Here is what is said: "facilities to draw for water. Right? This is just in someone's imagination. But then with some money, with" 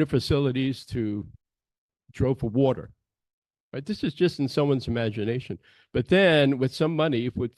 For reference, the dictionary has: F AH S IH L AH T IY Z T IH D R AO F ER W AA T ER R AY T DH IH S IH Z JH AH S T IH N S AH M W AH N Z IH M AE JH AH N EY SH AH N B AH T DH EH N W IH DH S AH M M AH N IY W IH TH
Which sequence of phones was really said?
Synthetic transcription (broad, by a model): F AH S IH L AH T IY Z T IH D R AO F ER W AA T ER R AY T DH IH S IH Z JH AH S T N S AH M W AH N Z IH M AE JH AH N EY SH AH N B AH T DH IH N W IH DH S AH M M AH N IY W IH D